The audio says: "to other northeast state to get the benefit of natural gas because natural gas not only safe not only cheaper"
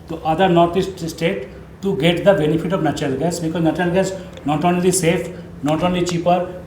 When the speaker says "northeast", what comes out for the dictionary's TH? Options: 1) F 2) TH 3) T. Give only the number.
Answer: 3